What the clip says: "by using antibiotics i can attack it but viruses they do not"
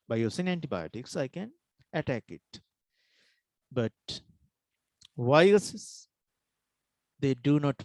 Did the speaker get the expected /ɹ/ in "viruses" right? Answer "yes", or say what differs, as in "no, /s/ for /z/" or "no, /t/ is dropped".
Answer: no, /ɹ/ is dropped